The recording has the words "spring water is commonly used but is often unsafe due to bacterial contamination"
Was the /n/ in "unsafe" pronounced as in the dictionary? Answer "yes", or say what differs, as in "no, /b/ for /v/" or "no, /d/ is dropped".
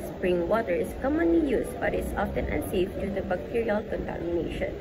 no, /n/ is dropped